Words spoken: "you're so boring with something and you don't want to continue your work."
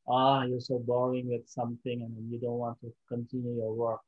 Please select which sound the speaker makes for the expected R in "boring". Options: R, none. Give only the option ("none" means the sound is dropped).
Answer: none